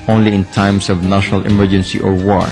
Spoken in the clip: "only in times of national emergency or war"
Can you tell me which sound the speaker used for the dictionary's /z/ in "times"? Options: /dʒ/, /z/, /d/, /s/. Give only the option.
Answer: /s/